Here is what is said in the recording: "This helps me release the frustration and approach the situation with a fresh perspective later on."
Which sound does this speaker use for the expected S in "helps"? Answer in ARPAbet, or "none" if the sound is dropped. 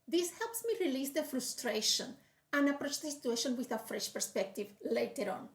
S